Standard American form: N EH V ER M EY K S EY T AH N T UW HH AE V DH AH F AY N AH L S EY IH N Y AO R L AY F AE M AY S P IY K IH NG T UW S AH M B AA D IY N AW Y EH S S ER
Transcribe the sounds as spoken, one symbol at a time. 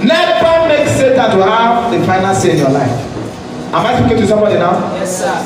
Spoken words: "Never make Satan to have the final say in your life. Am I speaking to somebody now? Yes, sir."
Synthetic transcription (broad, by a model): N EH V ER M EY K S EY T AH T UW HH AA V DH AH F AY N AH N S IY IH N Y AO L AY F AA M AY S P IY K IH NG T UW S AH M B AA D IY N AW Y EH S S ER